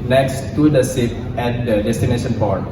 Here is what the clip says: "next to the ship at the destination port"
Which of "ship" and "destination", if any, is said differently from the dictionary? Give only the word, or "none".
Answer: ship